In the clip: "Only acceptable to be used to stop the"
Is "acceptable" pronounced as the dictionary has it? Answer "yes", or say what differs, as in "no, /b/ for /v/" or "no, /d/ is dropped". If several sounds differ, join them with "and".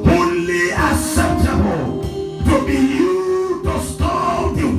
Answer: no, /k/ is dropped and /p/ is dropped